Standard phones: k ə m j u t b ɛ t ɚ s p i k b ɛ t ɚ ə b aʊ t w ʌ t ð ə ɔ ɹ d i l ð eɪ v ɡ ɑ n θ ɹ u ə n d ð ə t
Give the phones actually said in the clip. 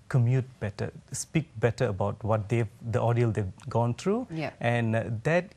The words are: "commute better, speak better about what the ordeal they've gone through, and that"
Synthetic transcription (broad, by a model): k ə m j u t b ɛ t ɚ s p i k b ɛ t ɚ ə b aʊ t w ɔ t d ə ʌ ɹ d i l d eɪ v ɡ ɑ n t ɹ u ə n d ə t